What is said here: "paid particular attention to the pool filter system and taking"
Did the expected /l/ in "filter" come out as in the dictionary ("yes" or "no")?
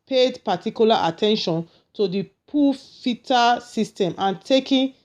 no